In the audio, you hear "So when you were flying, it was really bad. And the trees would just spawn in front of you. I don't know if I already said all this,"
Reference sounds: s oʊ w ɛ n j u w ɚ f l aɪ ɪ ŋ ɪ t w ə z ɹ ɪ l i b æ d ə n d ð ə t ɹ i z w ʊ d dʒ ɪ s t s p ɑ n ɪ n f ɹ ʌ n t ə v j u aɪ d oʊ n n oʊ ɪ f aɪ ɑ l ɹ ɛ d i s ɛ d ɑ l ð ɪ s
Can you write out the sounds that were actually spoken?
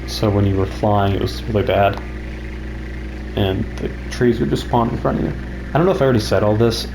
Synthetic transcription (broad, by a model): s oʊ w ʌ n j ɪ w ɚ f l aɪ ɪ ŋ ɪ t w ə z ɹ ɪ l i b æ d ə n ð ə t ɹ i z w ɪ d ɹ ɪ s s p ɑ n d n f ɹ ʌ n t ə v j u aɪ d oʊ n n oʊ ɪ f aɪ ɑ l ɹ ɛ d i s ɛ d ɑ l ð ɪ s